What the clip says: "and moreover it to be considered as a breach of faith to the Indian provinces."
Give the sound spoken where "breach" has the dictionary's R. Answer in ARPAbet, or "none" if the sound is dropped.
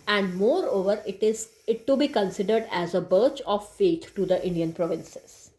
none